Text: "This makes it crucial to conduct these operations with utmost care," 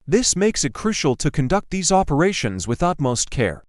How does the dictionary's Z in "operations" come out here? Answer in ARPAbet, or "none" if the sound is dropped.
Z